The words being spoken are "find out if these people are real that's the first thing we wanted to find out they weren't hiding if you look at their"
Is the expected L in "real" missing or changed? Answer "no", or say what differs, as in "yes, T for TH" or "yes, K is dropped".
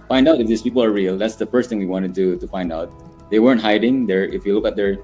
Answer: no